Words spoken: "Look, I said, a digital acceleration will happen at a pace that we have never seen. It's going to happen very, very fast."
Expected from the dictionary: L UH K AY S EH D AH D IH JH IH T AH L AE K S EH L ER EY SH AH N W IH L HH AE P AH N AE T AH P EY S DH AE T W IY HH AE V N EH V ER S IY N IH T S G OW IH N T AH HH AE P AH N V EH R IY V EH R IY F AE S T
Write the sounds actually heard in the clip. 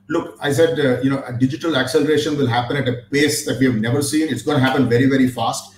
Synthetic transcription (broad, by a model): L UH K AY S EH D AH D IH JH IH T AH L AE K S EH L ER EY SH AH N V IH L HH AE P AH N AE T AH P EY S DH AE T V IY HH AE V N EH V ER S IY N IH T S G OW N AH HH AE P AH N V EH R IY V EH R IY F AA S T